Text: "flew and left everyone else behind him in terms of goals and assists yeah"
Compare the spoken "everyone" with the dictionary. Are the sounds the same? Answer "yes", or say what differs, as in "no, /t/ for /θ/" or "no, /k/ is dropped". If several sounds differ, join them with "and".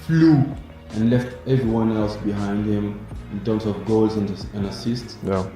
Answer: yes